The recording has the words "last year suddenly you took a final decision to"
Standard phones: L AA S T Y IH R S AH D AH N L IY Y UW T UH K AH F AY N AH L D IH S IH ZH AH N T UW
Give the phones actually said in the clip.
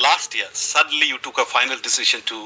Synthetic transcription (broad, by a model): L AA S T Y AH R S AH D AH N L IY Y UW T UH K AH F AY N AH L D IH S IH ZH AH N T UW